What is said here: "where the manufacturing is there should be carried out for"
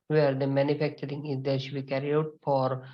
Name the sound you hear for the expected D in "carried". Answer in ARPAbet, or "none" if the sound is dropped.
none